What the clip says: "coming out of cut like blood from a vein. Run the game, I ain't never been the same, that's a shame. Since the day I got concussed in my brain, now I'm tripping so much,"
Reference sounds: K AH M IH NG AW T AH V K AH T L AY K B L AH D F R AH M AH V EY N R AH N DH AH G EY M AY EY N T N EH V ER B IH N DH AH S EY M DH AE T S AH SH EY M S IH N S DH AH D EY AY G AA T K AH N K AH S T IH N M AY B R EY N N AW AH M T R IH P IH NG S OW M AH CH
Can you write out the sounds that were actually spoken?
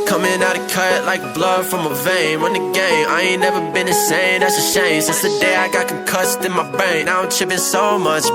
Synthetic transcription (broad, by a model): K AH M IH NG AW T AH K AH T L AY K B L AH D F R AH M AH V EY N W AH N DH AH G EY M AY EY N N EH V ER B IH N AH S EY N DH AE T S AH SH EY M S IH N S DH AH D EY AY G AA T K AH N K AH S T IH N M AY B EY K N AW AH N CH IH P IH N S OW M AH CH